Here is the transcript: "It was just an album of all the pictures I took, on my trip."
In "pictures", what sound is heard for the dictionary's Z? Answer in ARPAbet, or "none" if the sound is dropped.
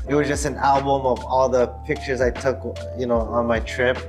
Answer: Z